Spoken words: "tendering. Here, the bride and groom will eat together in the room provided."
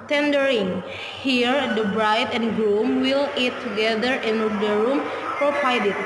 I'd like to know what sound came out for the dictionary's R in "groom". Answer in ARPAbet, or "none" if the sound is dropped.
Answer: L